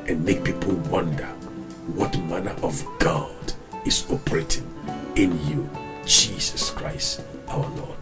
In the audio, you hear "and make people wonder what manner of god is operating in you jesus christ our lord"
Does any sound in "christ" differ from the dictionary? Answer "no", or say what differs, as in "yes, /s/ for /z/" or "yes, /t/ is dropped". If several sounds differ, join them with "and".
no